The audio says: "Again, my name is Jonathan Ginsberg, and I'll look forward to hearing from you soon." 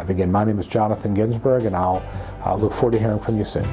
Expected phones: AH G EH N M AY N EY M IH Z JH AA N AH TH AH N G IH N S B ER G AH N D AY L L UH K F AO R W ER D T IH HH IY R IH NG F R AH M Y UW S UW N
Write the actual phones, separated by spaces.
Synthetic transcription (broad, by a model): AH G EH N M AY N EY M IH Z JH AA N AH TH AH N G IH N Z B ER G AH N AY L L UH K F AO R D T IH HH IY R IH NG F R AH M Y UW S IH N